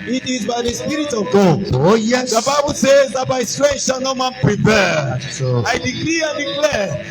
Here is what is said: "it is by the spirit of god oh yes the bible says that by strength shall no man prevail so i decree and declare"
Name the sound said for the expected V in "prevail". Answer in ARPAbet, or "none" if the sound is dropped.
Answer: P